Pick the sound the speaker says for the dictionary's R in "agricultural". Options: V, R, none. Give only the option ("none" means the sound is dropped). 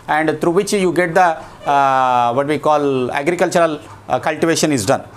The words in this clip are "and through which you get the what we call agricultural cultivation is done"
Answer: R